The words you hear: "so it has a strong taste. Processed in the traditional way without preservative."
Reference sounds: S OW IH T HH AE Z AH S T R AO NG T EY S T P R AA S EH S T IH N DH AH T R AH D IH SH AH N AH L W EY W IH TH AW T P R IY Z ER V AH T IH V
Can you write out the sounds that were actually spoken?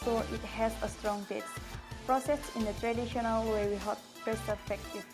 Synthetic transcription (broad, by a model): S OW IH T HH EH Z AH S T R AO NG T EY T P R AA S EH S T IH N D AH T R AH D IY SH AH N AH L W EY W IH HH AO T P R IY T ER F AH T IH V